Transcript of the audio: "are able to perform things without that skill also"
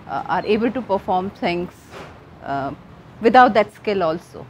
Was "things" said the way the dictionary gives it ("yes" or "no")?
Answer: no